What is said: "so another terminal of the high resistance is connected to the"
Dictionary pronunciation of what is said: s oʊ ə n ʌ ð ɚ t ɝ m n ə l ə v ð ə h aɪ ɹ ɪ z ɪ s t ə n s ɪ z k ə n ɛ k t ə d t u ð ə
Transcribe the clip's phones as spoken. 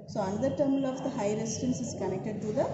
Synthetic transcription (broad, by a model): s oʊ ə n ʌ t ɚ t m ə l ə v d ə h aɪ ɹ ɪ s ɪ t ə n s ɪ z k ə n ɛ k t ə d t u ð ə